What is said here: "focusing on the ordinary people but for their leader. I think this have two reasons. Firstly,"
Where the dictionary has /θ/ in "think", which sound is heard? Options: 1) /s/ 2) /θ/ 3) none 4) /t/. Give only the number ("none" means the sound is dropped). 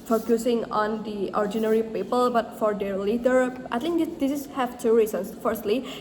4